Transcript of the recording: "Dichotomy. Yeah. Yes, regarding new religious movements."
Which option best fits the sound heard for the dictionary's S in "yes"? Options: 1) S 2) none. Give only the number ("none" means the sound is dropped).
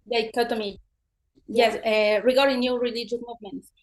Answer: 2